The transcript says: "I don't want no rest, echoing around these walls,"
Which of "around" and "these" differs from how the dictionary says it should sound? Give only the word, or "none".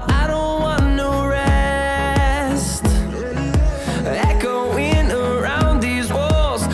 none